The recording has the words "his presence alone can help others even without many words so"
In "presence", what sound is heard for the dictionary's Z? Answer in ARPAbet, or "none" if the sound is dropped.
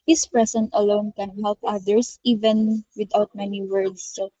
S